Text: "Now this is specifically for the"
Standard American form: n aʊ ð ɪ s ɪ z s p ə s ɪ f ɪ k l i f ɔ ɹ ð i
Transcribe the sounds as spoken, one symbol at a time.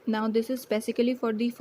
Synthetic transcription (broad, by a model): n aʊ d ɪ s ɪ z s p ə s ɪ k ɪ l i f ɔ ɹ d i